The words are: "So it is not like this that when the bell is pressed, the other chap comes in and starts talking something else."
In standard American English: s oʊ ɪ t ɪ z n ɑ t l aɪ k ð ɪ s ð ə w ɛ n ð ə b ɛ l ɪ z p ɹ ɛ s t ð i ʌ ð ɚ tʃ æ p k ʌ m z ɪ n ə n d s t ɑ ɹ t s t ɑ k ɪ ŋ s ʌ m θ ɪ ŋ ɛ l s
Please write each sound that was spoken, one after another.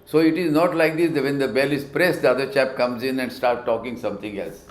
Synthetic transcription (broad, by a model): s oʊ ɪ t ɪ z n ɑ t l aɪ k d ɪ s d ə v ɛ n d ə b ɛ l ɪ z p ɹ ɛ s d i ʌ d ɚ tʃ æ p k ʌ m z ɪ n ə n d s t ɑ ɹ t t ɑ k ɪ ŋ s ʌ m t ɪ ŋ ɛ l s